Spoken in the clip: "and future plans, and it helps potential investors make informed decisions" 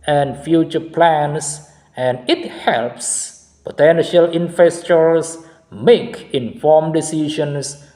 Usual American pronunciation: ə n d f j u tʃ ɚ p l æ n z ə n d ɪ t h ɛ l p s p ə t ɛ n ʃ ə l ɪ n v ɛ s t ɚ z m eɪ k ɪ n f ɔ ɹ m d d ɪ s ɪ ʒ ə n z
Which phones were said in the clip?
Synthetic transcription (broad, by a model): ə n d f j u tʃ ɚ p l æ n s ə n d ɪ t h ɛ l p s p ə t ɛ n ʃ ə l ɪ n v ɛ s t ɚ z m eɪ k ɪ n f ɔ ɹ m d d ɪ s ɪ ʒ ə n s